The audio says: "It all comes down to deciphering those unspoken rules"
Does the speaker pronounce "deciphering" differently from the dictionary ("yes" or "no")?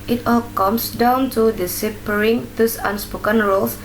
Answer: yes